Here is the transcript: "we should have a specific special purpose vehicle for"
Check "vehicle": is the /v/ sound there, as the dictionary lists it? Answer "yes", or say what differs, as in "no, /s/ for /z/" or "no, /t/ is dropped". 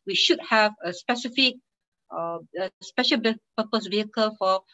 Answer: yes